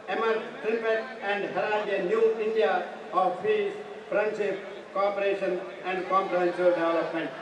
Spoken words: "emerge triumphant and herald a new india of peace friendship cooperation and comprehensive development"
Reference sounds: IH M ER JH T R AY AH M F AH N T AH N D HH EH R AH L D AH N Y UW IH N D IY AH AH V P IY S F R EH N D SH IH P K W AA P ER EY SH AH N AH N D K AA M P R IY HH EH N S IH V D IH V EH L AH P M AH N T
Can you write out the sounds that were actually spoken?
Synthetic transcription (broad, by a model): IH M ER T R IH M P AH T AH N D HH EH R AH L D AH N Y UW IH N D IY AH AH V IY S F R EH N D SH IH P K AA P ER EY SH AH N AH N D K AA M P R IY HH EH N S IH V D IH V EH L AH P M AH N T